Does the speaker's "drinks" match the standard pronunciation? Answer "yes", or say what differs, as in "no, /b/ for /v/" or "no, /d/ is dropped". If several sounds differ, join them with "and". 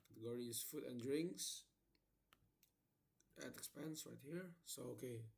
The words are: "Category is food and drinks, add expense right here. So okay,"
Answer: yes